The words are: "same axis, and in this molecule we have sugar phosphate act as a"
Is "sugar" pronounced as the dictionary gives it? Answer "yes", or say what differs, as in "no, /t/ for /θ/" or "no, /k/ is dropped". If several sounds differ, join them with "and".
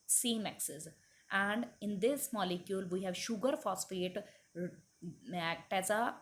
yes